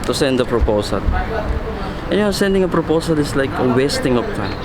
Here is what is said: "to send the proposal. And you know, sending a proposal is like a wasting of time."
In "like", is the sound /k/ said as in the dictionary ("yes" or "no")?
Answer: yes